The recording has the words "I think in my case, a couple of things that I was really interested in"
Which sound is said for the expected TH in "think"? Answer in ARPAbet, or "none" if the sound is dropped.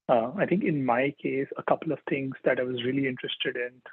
T